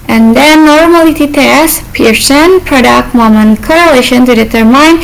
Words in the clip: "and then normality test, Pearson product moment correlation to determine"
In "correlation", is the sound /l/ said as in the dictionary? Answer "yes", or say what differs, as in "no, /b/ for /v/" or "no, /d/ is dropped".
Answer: yes